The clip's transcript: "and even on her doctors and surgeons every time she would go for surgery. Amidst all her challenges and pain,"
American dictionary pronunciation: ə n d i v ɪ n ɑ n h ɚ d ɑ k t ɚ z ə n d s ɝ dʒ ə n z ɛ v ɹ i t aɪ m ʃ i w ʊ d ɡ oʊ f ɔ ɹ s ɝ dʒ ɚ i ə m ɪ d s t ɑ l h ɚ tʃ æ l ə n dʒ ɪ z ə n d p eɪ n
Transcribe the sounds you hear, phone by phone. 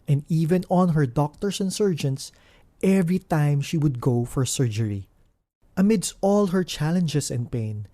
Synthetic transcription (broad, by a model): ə n d i v ɪ n ɑ n h ɚ d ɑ k t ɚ s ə n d s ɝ dʒ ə n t ɛ v ɹ i t aɪ m ʃ i w ʊ d ɡ oʊ f ɔ ɹ s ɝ dʒ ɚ i ə m ɪ d s t ɑ l h ɚ tʃ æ l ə n dʒ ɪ s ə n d p eɪ n